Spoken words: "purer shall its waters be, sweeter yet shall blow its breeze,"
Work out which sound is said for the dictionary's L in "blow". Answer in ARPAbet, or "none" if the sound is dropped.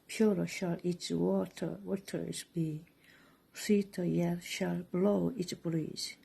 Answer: L